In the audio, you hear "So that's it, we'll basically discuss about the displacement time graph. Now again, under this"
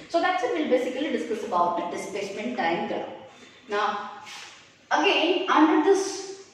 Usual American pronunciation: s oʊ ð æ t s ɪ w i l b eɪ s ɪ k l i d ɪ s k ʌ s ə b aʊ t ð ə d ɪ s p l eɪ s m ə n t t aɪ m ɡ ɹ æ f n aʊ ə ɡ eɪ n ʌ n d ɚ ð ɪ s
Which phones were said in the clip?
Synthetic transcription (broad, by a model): s oʊ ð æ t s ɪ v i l b eɪ s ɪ k l i d ɪ s k ʌ s ə b aʊ t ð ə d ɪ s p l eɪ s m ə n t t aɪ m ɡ ʌ n aʊ ə ɡ eɪ n ʌ n d ɚ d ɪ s